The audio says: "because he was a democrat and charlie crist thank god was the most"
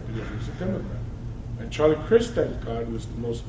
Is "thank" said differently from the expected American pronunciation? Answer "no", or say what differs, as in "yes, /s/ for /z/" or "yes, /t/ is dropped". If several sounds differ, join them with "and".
yes, /ŋ/ is dropped